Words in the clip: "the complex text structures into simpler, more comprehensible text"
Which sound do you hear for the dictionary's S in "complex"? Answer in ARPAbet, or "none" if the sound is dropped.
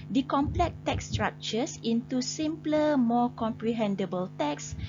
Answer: none